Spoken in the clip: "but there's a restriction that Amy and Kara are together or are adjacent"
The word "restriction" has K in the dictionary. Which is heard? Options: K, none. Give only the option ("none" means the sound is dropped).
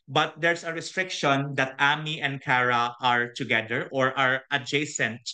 K